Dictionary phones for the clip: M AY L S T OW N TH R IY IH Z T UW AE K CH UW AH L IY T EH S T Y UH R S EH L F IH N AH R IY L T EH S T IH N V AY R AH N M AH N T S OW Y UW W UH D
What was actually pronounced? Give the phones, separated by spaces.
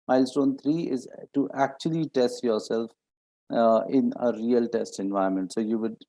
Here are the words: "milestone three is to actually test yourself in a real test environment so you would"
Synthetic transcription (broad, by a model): M AY L S T OW N T R IY IH Z T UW AE K CH UW AH L IY T EH S T Y UH R S EH L F IH N AH R IY L T EH S T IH N V AY AH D M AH N T S OW Y UW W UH D